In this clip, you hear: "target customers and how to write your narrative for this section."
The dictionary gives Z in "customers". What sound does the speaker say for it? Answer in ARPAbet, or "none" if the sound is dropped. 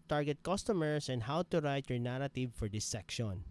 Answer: S